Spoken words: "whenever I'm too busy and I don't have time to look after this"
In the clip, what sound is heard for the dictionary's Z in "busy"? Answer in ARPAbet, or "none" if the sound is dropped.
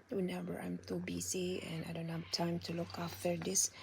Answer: S